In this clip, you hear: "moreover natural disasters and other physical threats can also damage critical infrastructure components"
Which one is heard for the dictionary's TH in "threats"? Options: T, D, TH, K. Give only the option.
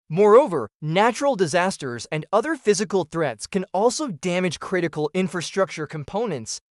TH